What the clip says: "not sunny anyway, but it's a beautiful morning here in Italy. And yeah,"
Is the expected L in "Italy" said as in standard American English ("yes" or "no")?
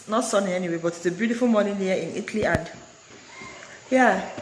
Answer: yes